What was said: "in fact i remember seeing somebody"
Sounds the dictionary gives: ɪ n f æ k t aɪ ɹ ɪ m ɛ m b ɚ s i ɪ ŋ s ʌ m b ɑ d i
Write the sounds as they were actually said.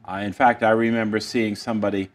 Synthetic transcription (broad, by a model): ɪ n f æ k t aɪ ɹ ɪ m ɛ m b ɚ s i ɪ ŋ s ʌ m b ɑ d i